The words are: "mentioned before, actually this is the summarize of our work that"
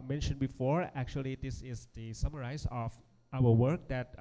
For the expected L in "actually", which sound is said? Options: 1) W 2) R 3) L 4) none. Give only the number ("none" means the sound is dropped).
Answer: 3